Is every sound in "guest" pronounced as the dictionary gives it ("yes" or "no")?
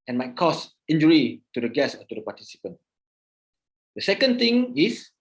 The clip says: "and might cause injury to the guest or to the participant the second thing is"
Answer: no